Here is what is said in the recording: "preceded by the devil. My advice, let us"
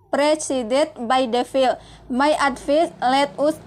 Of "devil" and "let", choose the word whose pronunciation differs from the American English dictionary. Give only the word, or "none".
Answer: devil